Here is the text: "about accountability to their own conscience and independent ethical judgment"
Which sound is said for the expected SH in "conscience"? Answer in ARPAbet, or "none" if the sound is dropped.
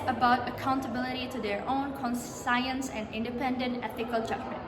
S